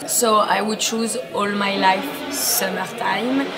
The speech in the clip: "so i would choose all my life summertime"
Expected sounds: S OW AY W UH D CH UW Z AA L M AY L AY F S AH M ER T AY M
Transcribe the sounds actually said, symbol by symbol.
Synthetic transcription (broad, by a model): S OW AY W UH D CH UW Z AA L M AY L AY F S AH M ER T AY M